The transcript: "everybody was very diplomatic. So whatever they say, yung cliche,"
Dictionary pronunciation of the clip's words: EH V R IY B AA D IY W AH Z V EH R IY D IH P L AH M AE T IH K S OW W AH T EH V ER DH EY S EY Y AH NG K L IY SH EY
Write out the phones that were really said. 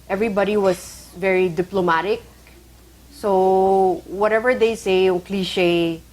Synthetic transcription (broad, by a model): EH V R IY B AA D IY W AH S V EH R IY D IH P L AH M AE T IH K S OW W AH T EH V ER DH EY S EY Y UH NG K L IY SH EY